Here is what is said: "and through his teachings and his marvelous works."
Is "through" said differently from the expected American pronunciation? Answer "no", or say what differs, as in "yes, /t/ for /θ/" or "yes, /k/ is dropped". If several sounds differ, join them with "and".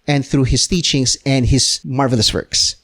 no